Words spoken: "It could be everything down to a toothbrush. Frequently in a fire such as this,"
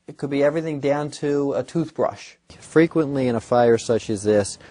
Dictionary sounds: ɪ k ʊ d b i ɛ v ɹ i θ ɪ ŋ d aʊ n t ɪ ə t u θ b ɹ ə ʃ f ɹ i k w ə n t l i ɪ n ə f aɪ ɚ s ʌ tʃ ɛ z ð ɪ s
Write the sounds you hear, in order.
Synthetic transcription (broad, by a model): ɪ k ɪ d b i ɛ v ɹ i θ ɪ ŋ d aʊ n t ɪ ə t u θ b ɹ ə ʃ f ɹ i k w ə n t l i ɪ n ə f aɪ ɚ s ʌ tʃ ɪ z ð ɪ s